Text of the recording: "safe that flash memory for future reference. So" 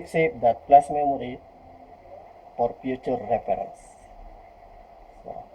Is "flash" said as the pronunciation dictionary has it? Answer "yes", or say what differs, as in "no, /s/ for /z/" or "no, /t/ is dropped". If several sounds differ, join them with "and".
no, /p/ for /f/ and /s/ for /ʃ/